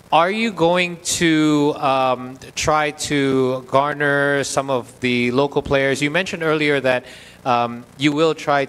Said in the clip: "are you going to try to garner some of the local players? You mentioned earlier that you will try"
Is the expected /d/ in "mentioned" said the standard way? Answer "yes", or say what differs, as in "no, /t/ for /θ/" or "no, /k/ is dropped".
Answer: yes